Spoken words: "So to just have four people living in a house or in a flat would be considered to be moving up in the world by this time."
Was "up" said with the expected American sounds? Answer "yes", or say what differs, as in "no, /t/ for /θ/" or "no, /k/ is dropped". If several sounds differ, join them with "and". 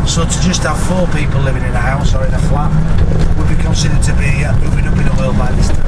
no, /b/ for /p/